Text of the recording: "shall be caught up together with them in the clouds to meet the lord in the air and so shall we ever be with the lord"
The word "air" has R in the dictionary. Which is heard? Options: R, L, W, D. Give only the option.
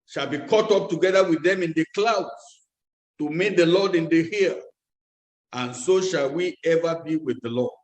L